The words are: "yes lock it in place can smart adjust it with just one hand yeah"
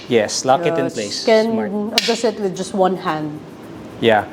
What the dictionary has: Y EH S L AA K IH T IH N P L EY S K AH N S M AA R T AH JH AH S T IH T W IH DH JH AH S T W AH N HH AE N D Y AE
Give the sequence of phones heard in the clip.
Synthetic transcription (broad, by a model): Y EH S L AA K IH T IH N P L EY S K AH N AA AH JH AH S IH T W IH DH JH AH S T W AH N HH AE N D Y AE